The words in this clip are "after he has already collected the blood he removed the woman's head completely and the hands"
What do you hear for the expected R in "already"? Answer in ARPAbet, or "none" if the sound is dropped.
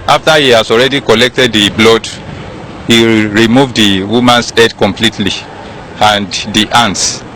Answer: R